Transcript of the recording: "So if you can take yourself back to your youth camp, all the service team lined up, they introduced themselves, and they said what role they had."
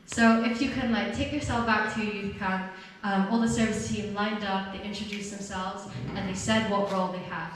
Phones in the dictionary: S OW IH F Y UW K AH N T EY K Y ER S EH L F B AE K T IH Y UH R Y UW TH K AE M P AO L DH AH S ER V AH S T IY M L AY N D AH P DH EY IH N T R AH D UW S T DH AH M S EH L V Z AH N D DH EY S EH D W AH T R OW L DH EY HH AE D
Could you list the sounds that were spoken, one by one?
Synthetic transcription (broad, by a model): S OW IH F Y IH K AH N T EY K Y ER S EH L F B AE K T IH Y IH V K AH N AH M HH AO L DH AH S ER V AH S T IY M L AY N D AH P DH EY IH N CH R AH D UW S DH AH M S EH L V Z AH N DH EY S EH D W AH T R OW L DH EY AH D